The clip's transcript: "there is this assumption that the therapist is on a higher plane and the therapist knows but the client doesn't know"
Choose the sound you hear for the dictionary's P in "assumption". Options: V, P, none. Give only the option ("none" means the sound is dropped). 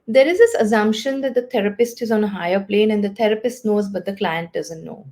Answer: P